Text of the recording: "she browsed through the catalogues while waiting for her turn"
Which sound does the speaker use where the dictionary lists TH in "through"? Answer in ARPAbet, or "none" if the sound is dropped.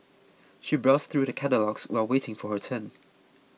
TH